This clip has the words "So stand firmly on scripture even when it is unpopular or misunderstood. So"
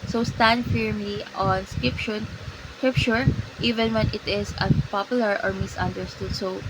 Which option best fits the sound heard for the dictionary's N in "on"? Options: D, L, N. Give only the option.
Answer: N